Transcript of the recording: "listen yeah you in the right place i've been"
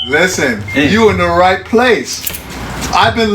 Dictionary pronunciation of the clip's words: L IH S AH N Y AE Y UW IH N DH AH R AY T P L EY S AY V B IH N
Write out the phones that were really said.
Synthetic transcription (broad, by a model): L IH S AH N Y Y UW IH N DH AH R AY T P L EY S AY V B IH N